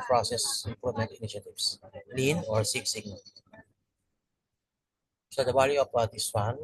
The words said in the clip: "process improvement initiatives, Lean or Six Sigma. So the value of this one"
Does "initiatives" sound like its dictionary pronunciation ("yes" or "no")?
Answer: no